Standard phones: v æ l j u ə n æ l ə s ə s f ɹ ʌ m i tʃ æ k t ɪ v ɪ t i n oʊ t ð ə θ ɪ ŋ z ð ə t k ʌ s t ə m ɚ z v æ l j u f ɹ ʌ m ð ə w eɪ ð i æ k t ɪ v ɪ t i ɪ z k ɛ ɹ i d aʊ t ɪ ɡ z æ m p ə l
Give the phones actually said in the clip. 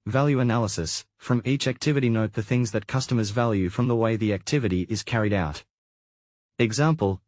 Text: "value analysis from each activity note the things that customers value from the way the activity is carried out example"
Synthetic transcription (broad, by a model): v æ l j u ə n æ l ə s ə s f ɹ ʌ m i tʃ æ k t ɪ v ɪ t i n oʊ t ð ə θ ɪ ŋ z ð ə t k ʌ s t ə m ɚ z v æ l j u f ɹ ʌ m ð ə w eɪ ð i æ k t ɪ v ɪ t i ɪ z k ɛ ɹ i d aʊ t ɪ ɡ z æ m p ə l